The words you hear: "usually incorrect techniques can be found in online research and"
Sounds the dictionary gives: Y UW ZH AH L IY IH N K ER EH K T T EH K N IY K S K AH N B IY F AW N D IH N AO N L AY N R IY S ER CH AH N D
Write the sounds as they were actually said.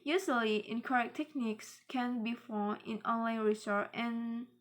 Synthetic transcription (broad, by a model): Y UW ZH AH L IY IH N K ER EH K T T EH K N IY K S K AH N B IY F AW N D IH N AO N L AY N R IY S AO AH N